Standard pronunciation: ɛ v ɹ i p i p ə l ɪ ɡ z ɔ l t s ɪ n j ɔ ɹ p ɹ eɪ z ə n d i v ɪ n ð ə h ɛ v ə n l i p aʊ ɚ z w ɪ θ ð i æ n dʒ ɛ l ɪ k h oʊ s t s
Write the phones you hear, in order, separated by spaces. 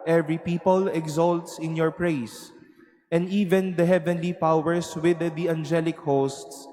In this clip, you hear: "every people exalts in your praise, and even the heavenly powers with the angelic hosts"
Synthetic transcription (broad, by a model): ɛ v ɹ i p i p ə l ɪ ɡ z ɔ l t s ɪ n j ɔ ɹ p ɹ eɪ s ə n d i v ɪ n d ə h ɛ v ə n l i p aʊ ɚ s w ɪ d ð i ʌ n dʒ ɛ l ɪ k h oʊ s t s